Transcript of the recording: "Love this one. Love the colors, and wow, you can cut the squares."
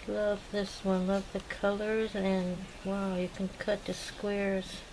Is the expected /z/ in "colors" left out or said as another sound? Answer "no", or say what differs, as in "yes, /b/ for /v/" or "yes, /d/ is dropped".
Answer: no